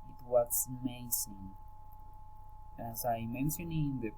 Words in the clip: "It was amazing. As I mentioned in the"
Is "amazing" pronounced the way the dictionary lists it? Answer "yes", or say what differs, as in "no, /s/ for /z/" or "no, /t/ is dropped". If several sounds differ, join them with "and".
no, /s/ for /z/